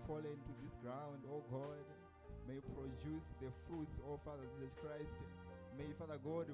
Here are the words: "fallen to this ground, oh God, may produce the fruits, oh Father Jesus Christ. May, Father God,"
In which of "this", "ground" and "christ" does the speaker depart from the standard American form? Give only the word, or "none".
none